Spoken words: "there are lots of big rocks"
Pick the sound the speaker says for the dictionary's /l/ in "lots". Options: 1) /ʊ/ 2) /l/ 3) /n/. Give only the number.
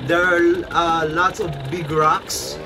2